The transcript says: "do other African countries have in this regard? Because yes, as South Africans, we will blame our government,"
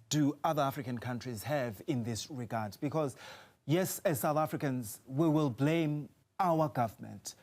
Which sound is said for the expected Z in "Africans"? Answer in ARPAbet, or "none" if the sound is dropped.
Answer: Z